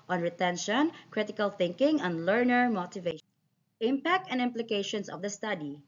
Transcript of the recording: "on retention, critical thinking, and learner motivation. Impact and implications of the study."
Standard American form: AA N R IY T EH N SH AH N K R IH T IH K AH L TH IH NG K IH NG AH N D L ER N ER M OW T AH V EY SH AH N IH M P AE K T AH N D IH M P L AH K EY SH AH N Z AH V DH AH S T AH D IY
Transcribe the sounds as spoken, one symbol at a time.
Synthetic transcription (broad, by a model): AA N R IY T EH N SH AH N K R IH T IH K AH L TH IH NG K IH NG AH N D L ER N ER M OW T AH V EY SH IH M P AE K T AH N D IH M P L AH K EY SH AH N S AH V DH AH S T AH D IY